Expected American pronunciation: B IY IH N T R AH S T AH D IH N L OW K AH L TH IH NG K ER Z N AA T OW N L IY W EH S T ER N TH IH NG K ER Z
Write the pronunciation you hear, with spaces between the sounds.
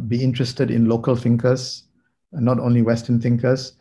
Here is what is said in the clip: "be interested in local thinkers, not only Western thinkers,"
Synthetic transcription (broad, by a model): B IY IH N T R AH S T AH D IH N L OW K AH L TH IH NG K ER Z N AA T OW N L IY W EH S T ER N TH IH NG K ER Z